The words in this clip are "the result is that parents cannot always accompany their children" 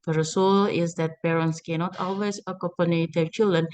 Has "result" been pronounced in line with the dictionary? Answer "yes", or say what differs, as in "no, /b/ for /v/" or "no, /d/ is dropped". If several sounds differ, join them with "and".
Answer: no, /s/ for /z/ and /t/ is dropped